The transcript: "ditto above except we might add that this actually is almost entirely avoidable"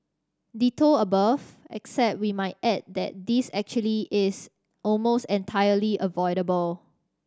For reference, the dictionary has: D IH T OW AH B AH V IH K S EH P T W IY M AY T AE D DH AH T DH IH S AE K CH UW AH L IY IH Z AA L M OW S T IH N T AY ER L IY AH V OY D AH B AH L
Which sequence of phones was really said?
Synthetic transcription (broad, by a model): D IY T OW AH B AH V IH K S EH P T W IY M AY T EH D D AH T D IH S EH K CH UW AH L IY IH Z AA L M OW S T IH N T AY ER L IY AH V OY D AH B AH L